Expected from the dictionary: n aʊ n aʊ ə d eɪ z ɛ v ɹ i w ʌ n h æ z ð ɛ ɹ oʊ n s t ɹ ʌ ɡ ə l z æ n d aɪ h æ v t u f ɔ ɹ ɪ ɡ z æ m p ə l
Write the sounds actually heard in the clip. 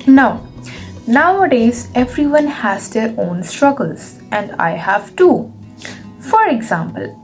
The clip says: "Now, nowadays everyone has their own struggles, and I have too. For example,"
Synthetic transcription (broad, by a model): n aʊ n aʊ ə d eɪ z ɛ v ɹ i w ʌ n h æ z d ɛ ɹ oʊ n s t ɹ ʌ ɡ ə l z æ n d aɪ h æ v t u f ɔ ɹ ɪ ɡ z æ m p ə l